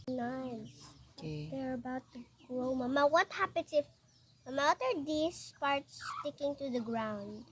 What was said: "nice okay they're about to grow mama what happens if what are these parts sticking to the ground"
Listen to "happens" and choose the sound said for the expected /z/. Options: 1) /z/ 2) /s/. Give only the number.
2